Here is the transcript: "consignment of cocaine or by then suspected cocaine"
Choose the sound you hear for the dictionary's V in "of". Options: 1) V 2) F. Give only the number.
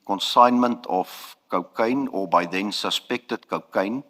2